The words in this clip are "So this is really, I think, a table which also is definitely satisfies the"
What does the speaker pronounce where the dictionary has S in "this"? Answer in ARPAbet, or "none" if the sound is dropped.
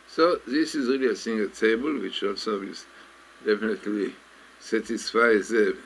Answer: S